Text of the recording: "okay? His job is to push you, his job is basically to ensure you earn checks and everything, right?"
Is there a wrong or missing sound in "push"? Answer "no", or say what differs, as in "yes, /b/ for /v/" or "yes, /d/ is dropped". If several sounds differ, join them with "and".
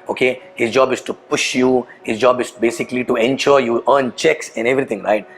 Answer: no